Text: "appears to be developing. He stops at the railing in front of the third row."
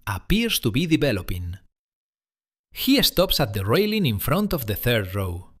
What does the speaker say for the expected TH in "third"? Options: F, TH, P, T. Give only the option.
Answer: TH